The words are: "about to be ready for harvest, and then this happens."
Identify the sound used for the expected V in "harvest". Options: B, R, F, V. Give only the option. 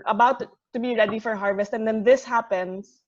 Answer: V